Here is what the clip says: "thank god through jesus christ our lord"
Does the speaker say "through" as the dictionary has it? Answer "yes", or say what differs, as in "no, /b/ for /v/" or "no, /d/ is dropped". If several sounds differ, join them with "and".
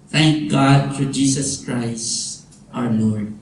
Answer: no, /f/ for /θ/